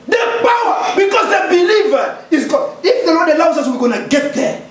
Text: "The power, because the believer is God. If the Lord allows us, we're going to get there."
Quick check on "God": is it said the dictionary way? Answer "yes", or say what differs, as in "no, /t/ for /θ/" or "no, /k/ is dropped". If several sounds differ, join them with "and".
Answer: no, /d/ is dropped